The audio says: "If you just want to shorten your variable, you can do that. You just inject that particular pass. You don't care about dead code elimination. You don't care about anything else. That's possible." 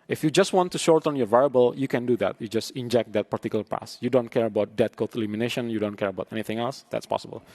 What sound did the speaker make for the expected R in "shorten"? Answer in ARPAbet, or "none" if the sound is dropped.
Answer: R